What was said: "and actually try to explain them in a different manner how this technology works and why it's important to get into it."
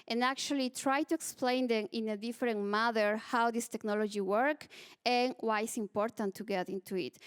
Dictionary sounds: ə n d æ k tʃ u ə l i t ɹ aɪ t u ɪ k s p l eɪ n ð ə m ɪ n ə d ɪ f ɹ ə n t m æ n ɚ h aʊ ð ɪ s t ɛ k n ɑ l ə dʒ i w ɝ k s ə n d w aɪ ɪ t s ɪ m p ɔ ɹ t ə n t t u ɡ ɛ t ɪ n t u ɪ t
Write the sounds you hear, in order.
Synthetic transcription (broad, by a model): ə n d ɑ k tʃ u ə l i t ɹ aɪ t u ɪ k s p l eɪ n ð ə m ɪ n ə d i f ɹ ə n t m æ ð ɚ h aʊ ð ɪ s t ɛ k n ɑ l ə dʒ i w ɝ k ə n w aɪ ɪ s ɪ m p ɔ ɹ t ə n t t u ɡ ɛ t ɪ n t u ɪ t